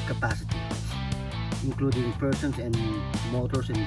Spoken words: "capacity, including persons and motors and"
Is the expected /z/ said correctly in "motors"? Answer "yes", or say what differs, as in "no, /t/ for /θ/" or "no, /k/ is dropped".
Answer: no, /s/ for /z/